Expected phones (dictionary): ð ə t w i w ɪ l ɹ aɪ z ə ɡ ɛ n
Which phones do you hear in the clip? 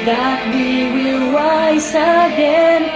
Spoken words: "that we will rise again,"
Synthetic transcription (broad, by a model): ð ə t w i w ɪ l w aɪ s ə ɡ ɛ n